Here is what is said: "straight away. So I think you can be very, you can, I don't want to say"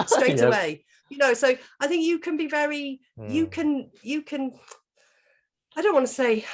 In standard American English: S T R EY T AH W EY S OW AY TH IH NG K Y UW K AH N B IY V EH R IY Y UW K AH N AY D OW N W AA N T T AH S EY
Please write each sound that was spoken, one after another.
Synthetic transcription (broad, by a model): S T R EY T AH W EY S OW AY TH IH NG K Y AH K AH N B IY V EH R IY Y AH K AH N AY D OW N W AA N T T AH S EY